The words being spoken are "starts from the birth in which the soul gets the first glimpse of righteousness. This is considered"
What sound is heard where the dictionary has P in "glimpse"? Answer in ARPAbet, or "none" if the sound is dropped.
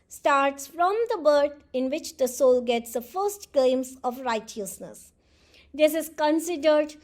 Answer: none